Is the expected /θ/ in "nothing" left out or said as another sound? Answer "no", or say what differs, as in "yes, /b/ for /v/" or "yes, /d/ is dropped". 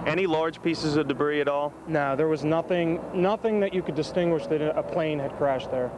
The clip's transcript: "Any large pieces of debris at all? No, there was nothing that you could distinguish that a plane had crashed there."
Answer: no